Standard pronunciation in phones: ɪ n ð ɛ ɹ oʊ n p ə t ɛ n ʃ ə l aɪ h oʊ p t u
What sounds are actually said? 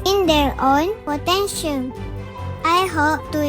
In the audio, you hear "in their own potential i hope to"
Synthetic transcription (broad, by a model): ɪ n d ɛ ɹ oʊ n p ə t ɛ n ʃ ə n aɪ h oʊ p t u